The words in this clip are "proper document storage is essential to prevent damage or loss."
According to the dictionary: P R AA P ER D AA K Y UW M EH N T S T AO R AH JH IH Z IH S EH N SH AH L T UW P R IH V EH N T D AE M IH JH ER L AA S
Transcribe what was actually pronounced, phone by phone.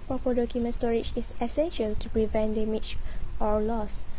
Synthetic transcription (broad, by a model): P R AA P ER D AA K Y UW M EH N S T AO R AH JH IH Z IH S EH N SH AH L T UW P R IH V EH N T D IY M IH CH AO L AA S